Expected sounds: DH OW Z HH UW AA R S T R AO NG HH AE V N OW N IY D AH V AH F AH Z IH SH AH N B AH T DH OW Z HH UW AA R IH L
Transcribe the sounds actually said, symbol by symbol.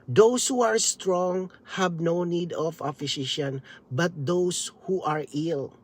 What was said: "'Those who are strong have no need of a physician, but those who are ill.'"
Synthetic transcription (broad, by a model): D OW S HH UW AA R S T R AO NG HH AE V N OW N IY D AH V AH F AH S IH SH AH N B AH T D OW S HH UW AA R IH L